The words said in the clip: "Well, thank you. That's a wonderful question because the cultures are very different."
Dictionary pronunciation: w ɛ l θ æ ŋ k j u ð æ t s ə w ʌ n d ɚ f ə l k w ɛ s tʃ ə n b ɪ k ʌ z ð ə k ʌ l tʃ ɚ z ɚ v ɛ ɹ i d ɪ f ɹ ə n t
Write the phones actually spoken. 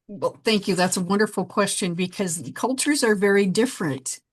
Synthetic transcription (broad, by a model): w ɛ l θ æ ŋ k j u ð æ t s ə w ʌ n d ɚ f l k w ɛ s tʃ ə n b ɪ k ʌ z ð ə k ʌ l tʃ ɚ z ɚ v ɛ ɹ i d ɪ f ɹ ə n t